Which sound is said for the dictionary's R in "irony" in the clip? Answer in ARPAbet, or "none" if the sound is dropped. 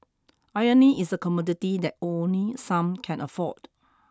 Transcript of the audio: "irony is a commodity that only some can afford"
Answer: none